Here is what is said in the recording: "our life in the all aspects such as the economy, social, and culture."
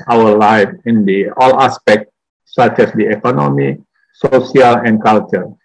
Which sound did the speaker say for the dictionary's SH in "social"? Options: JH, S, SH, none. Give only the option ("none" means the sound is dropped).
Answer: S